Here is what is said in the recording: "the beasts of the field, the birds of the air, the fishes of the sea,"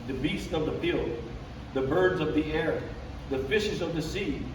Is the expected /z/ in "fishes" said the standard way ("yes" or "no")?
yes